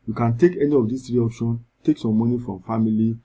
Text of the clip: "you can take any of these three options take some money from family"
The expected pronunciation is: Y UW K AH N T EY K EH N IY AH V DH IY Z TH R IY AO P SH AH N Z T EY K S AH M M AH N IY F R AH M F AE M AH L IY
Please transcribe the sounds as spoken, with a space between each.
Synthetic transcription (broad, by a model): Y UW K AH N T EY K EH N IY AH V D IY S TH R IY AO P SH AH N T EY K S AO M M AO N IY F R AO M F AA M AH L IY